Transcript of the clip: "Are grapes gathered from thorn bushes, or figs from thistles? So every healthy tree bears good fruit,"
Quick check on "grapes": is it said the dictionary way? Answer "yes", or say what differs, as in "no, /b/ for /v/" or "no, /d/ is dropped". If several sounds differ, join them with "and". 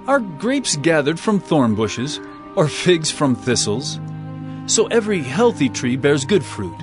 yes